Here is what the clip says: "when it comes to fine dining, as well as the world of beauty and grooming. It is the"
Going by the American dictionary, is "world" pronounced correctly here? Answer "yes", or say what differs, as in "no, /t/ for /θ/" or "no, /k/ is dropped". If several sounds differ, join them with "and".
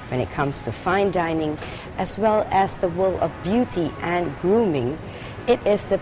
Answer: no, /d/ is dropped